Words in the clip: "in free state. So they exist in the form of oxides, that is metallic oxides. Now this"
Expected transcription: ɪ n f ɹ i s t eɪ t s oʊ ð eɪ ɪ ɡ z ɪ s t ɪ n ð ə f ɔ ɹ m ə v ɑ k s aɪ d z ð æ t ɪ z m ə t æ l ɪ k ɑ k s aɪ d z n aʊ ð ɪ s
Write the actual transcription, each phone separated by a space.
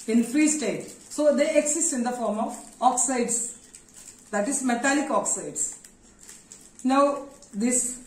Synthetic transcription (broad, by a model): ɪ n f ɹ i s t eɪ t s oʊ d eɪ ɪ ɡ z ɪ s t ɪ n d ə f ɔ ɹ m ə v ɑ k s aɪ d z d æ t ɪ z m ə t æ l ɪ k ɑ k s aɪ d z n aʊ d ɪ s